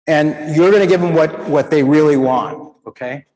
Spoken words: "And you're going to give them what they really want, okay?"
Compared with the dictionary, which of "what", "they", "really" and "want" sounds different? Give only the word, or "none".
none